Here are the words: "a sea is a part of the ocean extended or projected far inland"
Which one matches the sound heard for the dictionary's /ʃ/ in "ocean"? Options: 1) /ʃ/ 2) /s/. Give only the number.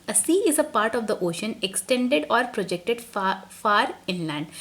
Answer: 1